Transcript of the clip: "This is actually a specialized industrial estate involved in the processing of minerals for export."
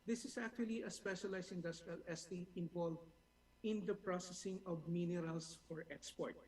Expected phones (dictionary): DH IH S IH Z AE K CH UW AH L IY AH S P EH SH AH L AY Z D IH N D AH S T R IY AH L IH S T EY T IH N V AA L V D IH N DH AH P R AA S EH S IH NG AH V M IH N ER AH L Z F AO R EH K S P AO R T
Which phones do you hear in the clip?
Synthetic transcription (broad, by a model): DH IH S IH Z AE K CH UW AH L IY AH S P EH SH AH L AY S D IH N D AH S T R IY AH L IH S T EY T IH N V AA L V IH N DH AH P R AA S EH S IH NG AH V M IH N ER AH L S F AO R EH K S P AO R T